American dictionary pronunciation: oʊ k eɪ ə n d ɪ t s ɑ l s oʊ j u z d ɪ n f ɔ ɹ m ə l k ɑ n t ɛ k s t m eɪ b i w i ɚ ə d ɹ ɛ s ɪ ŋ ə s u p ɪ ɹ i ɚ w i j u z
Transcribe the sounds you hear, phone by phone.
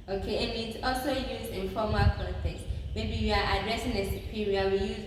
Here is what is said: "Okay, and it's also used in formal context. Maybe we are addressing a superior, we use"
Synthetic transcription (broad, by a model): oʊ k eɪ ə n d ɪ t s ɑ l s oʊ j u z ɪ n f ɔ m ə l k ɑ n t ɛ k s m eɪ b i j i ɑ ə d ɹ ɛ s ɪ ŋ ə s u p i ɹ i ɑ w i j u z